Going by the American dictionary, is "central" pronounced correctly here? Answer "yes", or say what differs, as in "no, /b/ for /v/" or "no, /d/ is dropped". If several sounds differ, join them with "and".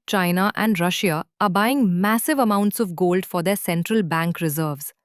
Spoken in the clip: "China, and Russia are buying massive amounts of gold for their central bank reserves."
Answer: yes